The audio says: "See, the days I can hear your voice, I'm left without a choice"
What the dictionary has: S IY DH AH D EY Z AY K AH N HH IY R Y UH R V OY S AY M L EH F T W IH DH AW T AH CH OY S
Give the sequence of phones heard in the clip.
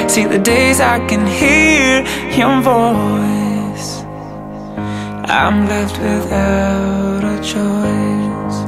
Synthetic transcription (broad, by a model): S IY DH AH D EY Z AY K AH N HH IY R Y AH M V OY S AY M L EH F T W IH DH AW T AH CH OY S